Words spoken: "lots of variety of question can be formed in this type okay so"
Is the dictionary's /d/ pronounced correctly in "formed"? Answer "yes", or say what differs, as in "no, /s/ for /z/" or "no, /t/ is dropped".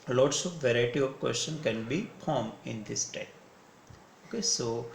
no, /d/ is dropped